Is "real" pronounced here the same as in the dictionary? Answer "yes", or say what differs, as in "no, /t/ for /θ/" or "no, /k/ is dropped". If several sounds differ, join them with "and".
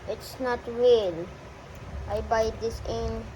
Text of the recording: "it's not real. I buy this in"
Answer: yes